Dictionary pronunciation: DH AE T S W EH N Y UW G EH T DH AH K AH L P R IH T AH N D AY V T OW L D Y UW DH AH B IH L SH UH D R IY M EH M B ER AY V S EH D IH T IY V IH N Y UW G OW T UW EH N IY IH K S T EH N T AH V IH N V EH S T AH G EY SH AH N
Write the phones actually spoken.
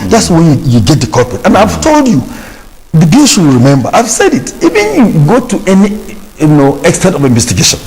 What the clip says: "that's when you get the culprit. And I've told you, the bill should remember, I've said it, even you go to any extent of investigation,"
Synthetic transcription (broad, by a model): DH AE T S W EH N Y UW G EH T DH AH K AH P IH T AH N AY V T OW L D Y UW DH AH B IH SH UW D R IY M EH M B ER AY V S EH D IH T IY V IH N Y UW G OW T UW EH N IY IH K S T EH N T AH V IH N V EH S T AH G EY SH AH N